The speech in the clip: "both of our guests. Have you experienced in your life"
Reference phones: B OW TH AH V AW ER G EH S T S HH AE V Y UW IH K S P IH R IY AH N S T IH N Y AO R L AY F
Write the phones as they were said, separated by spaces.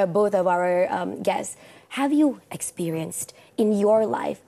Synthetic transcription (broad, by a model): B OW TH AH V AW ER G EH S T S HH AE V Y UW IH K S P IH R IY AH N S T IH N Y AO R L AY F